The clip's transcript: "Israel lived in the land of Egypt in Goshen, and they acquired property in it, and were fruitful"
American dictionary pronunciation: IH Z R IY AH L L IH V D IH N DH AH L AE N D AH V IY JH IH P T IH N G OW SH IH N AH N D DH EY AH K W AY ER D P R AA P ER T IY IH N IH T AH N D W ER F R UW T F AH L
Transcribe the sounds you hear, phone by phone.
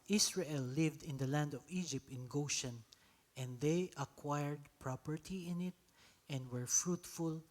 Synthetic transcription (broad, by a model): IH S R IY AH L L IH V D IH N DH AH L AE N D AH V IY JH IH P T IH N G OW SH IH N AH N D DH EY AH K W AY ER D P R AA P ER T IY IH N IH T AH N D W ER F R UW T F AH L